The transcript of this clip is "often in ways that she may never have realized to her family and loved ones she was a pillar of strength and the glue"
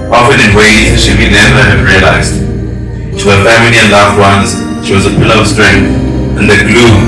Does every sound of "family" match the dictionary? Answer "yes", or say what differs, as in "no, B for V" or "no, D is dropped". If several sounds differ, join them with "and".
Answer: yes